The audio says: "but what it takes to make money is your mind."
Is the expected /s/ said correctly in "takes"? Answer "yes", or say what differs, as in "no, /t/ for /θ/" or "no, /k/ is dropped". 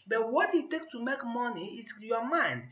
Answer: no, /s/ is dropped